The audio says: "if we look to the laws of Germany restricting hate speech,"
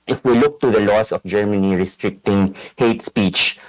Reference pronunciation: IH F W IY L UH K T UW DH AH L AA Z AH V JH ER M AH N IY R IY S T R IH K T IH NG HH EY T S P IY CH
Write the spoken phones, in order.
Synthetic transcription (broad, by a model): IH F W IY L UH K T UW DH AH L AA S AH F JH ER M AH N IY R IY S T R IH K T IH NG HH EY T S P IY CH